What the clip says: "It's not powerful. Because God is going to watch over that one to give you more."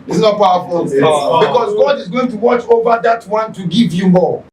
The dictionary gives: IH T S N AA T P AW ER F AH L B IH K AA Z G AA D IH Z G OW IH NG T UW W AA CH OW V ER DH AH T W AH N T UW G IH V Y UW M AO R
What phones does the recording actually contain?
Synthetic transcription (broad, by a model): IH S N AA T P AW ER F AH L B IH K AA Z G AA D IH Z G OW IH NG T UW W AA CH OW V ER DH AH T W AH N T UW G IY V Y UW M AO